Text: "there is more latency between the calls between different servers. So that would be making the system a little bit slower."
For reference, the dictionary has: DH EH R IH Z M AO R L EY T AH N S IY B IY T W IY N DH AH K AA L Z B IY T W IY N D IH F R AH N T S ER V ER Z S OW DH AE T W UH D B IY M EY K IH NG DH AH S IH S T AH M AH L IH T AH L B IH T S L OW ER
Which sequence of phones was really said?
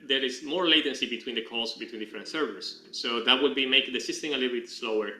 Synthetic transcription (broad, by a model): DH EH R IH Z M AO R L EY T AH N S IY B IY T W IY N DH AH K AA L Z B IY T W IY N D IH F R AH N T S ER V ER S S OW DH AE T W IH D B IY M EY IH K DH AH S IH S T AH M AH L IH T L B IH T S L OW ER